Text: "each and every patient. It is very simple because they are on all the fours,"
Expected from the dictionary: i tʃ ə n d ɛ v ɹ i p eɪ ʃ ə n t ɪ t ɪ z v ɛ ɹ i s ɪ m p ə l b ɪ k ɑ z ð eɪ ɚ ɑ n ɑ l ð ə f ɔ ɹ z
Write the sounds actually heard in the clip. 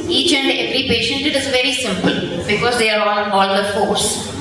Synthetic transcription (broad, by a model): i tʃ ə n d ɛ v ɹ i p eɪ ʃ ə n t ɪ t ɪ z v ɛ ɹ i s ɪ m p ə l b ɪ k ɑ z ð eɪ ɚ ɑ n ɑ l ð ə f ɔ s